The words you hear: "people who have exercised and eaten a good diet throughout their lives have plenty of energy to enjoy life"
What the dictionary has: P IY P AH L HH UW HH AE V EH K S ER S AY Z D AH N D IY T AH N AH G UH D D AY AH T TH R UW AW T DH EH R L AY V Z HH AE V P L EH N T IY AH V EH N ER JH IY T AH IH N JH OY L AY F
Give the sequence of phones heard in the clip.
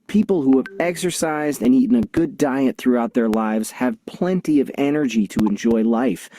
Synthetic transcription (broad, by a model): P IY P L HH UW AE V EH K S ER S AY Z D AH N IY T N AH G UH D D AY AH T TH R UW AW T DH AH R L AY V Z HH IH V P L EH N T IY AH V EH N ER JH IY T AH IH N JH OY L AY F